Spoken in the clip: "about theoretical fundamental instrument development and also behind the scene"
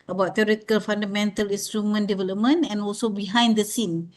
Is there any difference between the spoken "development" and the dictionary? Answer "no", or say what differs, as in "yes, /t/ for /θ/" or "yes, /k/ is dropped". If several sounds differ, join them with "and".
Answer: yes, /t/ is dropped